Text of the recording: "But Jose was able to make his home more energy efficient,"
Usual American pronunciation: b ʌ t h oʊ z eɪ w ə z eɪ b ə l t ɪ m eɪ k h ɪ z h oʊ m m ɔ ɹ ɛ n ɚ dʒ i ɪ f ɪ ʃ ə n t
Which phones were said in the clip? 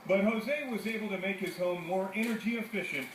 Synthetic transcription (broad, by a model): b ʌ t h oʊ z eɪ w ə z eɪ b l t ɪ m eɪ k h ɪ z h oʊ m m ɔ ɹ ɛ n ɚ dʒ i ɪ f ɪ ʃ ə n t